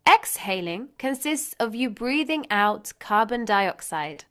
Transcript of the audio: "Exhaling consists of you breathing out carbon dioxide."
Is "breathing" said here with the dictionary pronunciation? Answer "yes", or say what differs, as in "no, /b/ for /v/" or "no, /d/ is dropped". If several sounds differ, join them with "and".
yes